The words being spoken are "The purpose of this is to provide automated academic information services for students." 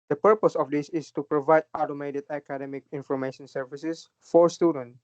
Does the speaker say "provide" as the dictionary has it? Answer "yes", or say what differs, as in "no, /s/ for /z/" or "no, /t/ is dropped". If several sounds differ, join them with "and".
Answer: yes